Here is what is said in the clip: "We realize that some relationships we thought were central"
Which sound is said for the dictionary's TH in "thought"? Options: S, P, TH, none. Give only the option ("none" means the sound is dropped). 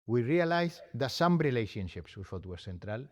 S